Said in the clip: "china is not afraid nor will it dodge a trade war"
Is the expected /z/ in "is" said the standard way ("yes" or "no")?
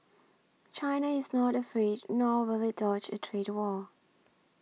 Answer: yes